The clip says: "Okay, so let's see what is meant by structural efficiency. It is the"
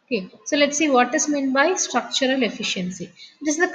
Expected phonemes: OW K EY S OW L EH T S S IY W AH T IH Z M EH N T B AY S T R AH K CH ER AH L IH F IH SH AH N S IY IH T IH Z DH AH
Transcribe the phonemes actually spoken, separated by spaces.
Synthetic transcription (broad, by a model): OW K EY S OW L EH T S S IY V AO T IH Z M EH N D B AY S T R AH K CH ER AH L IH F IH SH AH N S IY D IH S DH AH